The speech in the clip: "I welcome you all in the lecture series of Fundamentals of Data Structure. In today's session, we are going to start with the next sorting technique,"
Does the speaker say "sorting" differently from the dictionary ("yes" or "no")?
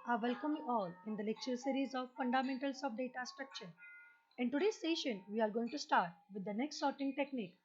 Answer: no